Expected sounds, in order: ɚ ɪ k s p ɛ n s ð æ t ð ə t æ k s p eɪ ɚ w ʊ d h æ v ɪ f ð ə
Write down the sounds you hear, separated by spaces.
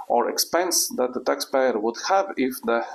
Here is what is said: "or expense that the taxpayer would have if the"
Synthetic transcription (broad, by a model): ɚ ɪ k s p ɛ n s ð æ t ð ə t æ k s p eɪ ɚ w ʊ d h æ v ɪ f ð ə